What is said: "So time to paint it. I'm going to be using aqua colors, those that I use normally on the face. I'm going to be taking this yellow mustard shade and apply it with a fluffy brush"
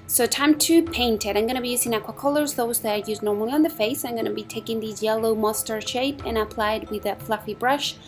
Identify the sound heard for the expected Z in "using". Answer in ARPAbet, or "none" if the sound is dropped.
Z